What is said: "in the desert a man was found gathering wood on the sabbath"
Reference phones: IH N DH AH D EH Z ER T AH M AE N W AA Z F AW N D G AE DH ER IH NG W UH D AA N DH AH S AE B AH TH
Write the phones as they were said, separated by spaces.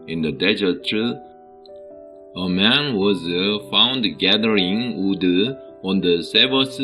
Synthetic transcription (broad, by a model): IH N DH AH D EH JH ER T AH M AE N W AA Z F AW N D G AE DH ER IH NG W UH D AA N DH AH S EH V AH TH